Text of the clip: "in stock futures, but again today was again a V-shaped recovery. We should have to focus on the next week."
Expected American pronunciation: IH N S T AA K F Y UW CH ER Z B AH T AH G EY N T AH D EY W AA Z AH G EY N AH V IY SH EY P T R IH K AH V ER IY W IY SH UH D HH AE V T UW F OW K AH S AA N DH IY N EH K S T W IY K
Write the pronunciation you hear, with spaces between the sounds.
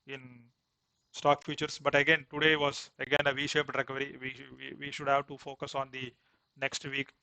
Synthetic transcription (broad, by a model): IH N S T AA K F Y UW CH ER S B AH T AH G EY N T AH D EY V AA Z AH G EY N AH V IY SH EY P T R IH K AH V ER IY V IY SH UH D HH AE V T UW F OW K AH S AA N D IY N EH K S T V IY K